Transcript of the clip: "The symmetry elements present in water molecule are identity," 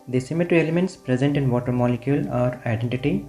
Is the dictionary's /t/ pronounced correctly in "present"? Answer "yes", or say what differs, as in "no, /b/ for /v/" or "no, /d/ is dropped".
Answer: yes